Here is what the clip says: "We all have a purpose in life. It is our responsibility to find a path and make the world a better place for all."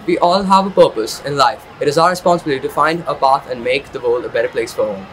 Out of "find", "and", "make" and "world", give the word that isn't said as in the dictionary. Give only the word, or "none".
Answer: world